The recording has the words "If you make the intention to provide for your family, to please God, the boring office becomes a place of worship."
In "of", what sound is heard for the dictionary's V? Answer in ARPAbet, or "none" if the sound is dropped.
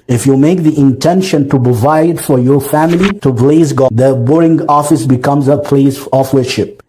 F